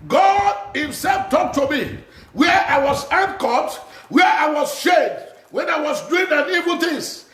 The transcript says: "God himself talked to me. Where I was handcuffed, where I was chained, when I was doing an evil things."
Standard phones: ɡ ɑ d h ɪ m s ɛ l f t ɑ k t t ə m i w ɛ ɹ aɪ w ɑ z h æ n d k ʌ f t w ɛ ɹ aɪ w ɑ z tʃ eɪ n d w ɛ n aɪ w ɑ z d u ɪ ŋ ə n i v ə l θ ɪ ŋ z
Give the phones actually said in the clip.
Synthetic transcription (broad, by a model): ɡ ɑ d h ɪ m s ɛ l f t ɑ k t t ə m i w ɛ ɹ aɪ w ɑ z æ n k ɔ t w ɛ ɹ aɪ w ɑ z ʃ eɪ d w ɛ n aɪ w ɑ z d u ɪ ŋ ə n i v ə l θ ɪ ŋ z